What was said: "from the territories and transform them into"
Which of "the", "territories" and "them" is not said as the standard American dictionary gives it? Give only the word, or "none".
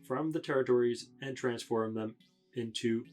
none